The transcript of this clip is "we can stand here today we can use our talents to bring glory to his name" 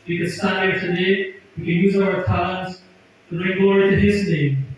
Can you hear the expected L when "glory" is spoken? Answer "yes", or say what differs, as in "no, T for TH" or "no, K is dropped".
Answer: no, L is dropped